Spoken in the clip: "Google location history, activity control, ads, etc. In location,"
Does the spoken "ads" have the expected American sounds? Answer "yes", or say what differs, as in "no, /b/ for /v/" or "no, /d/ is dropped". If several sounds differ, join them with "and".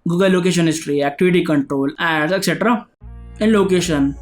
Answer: no, /z/ is dropped